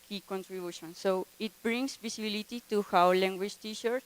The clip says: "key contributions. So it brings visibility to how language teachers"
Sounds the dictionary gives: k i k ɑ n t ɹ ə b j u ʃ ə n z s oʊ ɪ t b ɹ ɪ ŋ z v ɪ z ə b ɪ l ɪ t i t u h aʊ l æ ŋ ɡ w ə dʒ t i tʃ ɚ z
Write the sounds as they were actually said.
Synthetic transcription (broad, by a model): k i k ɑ n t ɹ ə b j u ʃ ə n s oʊ ɪ t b ɹ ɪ ŋ s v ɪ s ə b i l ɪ t i t u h aʊ l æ ŋ ɡ w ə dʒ t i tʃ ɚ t